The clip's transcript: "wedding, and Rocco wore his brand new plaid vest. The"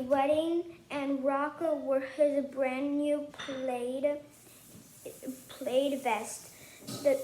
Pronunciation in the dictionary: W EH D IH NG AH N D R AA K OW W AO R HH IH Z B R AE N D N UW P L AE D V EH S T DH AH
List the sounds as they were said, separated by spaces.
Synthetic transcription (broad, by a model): W EH D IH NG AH N R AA K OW W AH R HH IH Z B R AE N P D P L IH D V EH S T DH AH